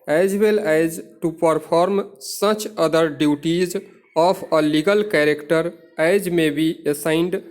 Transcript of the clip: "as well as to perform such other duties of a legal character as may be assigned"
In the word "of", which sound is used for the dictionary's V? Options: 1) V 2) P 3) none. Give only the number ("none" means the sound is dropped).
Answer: 2